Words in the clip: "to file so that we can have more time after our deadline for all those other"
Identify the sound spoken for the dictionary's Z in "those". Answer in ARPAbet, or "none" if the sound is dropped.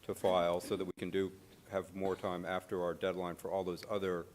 Z